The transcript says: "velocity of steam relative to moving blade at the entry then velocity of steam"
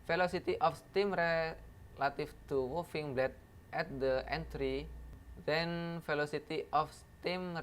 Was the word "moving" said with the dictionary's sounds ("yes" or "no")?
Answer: no